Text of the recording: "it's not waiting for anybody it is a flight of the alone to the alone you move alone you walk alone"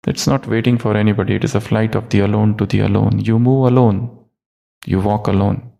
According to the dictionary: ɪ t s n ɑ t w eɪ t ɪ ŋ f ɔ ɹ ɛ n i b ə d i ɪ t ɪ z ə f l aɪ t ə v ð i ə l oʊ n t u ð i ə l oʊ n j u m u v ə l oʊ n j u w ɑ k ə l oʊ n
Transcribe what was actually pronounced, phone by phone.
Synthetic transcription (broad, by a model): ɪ t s n ɑ t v eɪ t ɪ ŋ f ɔ ɹ ɛ n i b ə d i ɪ t ɪ z ə f l aɪ t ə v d i ə l oʊ n t u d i ə l oʊ n j u m u v ə l oʊ n j u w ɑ k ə l oʊ n